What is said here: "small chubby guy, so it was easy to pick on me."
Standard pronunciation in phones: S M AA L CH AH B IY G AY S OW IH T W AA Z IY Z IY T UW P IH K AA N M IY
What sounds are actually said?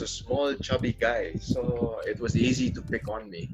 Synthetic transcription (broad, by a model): S M AA L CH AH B IY G AY S OW IH T W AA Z IY Z IY T UW P IH K AA N M IY